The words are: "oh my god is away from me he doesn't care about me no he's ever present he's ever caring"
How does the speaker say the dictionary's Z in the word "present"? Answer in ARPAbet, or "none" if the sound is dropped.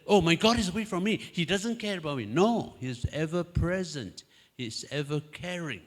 Z